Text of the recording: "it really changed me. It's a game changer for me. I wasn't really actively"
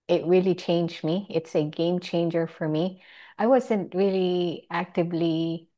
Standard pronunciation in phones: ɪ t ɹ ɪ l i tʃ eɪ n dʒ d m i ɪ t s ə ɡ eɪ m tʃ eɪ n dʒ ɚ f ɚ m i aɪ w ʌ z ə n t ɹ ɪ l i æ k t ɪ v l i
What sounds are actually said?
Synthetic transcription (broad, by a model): ɪ t ɹ ɪ l i tʃ eɪ n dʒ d m i ɪ t s ə ɡ eɪ m tʃ eɪ n dʒ ɚ f ɚ m i aɪ w ʌ z ə n t ɹ ɪ l i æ k t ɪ v l i